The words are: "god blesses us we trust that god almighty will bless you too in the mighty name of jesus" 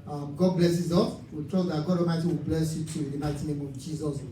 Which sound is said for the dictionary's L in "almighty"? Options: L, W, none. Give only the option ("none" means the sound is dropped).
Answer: none